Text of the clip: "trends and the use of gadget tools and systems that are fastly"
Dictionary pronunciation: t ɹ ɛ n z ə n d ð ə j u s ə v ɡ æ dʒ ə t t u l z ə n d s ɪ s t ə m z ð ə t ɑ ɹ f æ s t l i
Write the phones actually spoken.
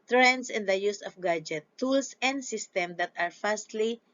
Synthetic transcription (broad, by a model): t ɹ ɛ n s ə n d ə j u s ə f ɡ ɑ dʒ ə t t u l s ə n d s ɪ s t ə m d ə t ɑ ɹ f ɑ s t l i